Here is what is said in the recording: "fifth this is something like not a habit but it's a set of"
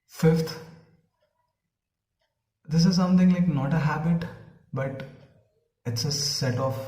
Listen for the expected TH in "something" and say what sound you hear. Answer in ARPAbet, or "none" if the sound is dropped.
T